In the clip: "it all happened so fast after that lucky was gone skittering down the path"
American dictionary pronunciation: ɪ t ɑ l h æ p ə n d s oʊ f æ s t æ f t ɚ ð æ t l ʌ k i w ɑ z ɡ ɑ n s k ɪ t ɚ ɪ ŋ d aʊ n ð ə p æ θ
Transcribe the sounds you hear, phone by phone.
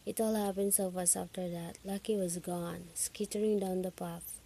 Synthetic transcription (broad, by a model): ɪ t ɑ l h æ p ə n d s oʊ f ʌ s ɑ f t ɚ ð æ t l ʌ k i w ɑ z ɡ ɑ n s k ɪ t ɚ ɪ ŋ d aʊ n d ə p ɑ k